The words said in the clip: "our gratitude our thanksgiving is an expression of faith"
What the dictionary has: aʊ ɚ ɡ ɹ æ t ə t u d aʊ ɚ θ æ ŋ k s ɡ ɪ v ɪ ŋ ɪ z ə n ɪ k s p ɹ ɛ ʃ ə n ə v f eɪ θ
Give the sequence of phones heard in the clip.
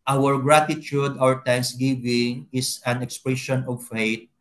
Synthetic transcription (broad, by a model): aʊ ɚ ɡ ɹ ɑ t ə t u d aʊ ɚ t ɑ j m s ɡ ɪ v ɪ ŋ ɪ s ə n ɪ k s p ɹ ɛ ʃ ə n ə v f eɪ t